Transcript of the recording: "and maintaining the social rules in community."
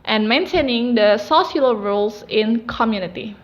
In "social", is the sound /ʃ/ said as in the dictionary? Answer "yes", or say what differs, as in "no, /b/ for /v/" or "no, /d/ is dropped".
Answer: no, /s/ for /ʃ/